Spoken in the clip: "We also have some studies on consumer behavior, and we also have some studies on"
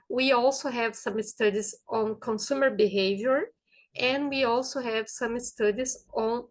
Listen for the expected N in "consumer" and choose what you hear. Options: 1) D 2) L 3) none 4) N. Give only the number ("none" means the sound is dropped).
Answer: 4